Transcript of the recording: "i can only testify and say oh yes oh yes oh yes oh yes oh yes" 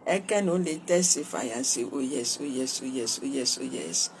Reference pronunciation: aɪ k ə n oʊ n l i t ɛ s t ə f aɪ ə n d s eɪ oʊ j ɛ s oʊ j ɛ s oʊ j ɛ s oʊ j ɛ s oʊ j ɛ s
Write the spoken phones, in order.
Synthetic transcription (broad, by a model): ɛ k ə n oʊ l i t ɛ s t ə f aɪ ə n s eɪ oʊ j ɛ s oʊ j ɛ s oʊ j ɛ s oʊ j ɛ s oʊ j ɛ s